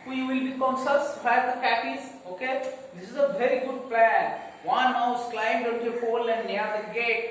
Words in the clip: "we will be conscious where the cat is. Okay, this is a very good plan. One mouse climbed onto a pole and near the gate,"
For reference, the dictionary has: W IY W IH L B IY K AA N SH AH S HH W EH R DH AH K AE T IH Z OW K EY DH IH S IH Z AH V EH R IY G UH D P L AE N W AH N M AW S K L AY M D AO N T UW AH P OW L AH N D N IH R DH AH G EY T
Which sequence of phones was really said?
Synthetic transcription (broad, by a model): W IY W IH L B IY K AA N S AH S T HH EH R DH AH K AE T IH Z OW K EY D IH S IH Z AH V EH R IY G UH D P L AE N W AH N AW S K L AY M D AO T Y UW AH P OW L AH N D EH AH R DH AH G EY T